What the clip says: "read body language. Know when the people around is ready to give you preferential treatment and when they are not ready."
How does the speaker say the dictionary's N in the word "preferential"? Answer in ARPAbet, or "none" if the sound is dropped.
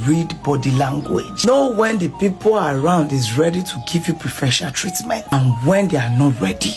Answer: none